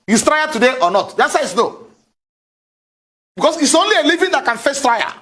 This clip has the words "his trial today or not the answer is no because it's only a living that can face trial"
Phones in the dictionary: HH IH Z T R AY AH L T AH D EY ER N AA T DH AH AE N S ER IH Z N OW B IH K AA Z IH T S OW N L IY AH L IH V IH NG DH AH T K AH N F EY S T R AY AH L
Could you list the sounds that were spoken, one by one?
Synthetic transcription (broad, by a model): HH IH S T R AY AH T AH D EY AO N AA T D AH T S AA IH S N OW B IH K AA S IH T S OW N L IY AH L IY V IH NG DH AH T K AH N F EY S T R AY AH